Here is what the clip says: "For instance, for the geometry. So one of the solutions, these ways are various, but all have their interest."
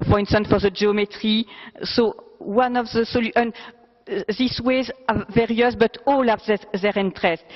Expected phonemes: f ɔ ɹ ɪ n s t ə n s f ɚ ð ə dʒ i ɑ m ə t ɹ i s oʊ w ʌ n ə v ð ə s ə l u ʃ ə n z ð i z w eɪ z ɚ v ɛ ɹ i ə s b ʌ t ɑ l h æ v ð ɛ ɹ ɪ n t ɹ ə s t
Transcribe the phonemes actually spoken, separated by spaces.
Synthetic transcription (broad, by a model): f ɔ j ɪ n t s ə n f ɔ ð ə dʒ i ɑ m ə t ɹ i s oʊ w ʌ n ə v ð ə s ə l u ə n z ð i s w eɪ z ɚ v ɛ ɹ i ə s b ʌ t ɑ l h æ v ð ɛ ɹ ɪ n t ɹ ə s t